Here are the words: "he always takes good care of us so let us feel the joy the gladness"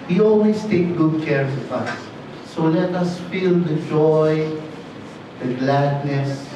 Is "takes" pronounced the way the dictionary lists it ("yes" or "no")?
no